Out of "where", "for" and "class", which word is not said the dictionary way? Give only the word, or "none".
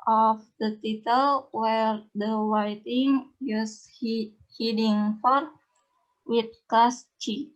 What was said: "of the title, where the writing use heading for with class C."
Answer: class